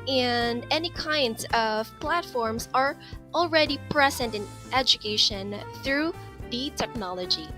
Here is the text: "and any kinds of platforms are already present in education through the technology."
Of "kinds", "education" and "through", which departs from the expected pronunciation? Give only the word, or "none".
none